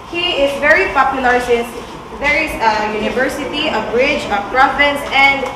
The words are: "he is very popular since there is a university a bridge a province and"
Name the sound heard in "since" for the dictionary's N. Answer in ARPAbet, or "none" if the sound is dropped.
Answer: none